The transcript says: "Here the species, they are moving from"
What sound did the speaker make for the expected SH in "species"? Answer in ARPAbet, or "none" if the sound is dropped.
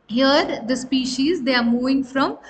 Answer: SH